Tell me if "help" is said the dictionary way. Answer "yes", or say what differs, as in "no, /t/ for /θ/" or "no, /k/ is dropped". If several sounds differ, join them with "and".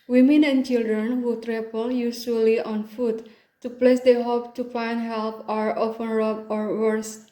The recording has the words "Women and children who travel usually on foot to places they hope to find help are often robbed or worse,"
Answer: yes